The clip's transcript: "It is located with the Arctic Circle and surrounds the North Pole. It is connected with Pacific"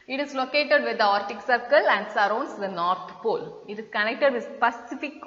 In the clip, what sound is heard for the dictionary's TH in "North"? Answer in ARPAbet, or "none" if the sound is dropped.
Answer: T